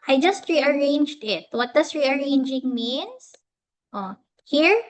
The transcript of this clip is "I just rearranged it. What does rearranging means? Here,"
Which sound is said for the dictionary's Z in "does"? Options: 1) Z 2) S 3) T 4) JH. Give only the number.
2